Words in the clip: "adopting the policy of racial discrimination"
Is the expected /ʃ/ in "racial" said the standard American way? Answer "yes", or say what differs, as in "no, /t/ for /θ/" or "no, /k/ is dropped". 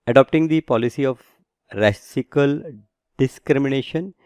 no, /s/ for /ʃ/